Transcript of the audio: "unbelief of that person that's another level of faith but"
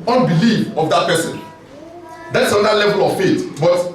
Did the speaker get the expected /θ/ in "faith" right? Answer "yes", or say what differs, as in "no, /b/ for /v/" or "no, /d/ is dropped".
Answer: no, /t/ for /θ/